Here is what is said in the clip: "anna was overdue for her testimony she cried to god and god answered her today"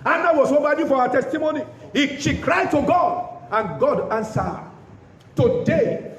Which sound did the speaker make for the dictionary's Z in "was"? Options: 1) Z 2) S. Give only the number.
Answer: 2